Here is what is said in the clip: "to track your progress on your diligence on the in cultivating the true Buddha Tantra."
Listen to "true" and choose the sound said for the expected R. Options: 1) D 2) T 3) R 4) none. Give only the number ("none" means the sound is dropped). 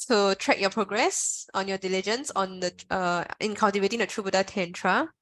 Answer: 3